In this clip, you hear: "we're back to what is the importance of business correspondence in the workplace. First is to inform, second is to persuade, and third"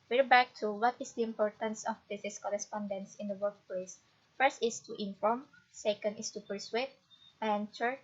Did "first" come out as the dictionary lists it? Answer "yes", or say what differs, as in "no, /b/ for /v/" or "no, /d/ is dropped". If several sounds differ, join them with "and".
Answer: yes